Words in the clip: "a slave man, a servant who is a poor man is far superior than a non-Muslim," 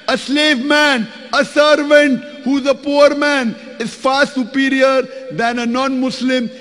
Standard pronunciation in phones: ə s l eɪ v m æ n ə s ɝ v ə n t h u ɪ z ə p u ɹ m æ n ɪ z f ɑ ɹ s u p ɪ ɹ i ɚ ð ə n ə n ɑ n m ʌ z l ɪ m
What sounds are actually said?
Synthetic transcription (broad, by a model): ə s l eɪ v m æ n ə s ɝ v ə n t h u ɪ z ə p u ɹ m æ n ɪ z f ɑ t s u p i ɹ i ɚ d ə n ə n ɑ n m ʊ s l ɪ m